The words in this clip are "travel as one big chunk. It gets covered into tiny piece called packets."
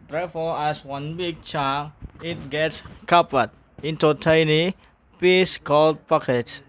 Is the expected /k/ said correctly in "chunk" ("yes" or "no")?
no